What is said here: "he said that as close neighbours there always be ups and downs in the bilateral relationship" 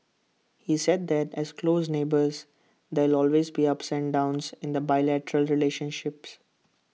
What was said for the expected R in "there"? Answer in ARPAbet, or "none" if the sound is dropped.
L